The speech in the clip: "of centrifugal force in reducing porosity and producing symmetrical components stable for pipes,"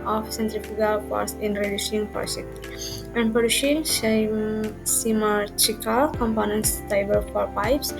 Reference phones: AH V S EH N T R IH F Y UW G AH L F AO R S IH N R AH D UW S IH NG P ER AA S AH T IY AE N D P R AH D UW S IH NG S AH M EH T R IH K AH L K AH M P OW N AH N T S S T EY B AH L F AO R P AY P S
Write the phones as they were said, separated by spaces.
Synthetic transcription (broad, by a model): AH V S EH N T R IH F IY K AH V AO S IH N R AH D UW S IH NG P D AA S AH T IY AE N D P AH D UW SH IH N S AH M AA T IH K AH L K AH M P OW N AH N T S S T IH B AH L F AO R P AY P S